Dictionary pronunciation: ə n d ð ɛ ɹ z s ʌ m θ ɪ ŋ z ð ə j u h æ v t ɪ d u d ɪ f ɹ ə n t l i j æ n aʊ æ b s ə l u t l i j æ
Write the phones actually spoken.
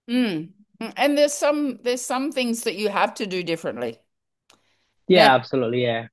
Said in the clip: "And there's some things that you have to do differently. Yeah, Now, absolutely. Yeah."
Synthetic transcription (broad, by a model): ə n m ð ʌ ɹ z s ʌ m θ ɪ ŋ z ð ə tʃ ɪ h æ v t ɪ d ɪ d ɪ f ɹ ə n t l i j æ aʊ æ b s ə l u t l i j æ